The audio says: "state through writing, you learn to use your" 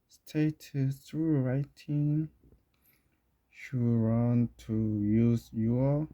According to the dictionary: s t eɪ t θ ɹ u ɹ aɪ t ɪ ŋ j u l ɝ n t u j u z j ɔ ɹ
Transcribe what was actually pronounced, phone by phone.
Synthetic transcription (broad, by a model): s t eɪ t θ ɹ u ɹ aɪ t ɪ ŋ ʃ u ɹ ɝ n t u j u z j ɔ